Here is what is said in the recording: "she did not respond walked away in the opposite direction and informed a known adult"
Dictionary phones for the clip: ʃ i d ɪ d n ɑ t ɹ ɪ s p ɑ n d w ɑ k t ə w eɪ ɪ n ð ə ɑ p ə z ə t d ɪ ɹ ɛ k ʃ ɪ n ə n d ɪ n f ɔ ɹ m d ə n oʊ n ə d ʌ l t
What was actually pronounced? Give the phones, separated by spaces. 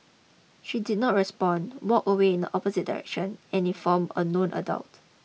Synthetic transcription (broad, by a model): ʃ i d ɪ d n ɑ t ɹ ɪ s p ɑ n w ɑ k ə w eɪ ɪ n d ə ɑ p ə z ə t d ɪ ɹ ɛ k ʃ ɪ n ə n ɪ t f ɔ m ə n oʊ n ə d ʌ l t